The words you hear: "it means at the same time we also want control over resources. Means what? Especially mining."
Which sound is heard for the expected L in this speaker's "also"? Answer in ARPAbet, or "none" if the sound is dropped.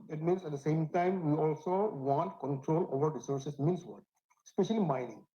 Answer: L